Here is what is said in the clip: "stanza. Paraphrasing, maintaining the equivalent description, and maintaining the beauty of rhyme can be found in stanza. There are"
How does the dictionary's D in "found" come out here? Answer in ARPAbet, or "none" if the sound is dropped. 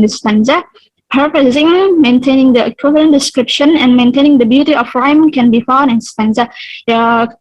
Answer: none